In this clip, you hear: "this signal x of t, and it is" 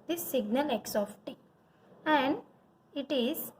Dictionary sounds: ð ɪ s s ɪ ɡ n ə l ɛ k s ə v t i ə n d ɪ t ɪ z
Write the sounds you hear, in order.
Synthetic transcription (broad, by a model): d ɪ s s ɪ ɡ n ə l ɛ k s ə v t i ə n d ɪ t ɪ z